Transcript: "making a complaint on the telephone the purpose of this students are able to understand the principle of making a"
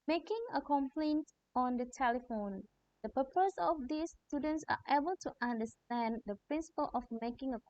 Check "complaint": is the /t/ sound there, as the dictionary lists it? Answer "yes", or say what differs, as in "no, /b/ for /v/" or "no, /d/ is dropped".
yes